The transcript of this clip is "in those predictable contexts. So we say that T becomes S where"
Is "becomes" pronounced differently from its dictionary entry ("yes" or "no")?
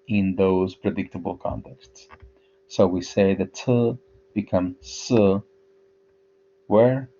yes